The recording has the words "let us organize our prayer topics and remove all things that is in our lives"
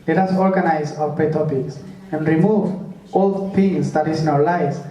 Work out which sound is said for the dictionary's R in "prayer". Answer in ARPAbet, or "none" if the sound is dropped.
none